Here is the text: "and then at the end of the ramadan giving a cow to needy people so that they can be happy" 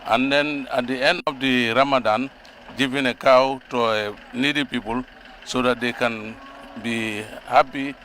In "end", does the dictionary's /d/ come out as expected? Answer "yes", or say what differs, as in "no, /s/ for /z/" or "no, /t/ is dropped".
no, /d/ is dropped